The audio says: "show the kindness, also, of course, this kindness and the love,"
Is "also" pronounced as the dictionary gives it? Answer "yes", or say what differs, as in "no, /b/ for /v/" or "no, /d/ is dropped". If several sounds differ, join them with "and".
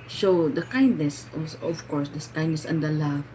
no, /l/ is dropped